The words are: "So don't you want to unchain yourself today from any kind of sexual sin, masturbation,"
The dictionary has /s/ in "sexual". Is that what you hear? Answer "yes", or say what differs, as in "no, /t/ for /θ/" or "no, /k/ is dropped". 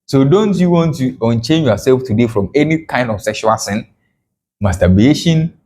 yes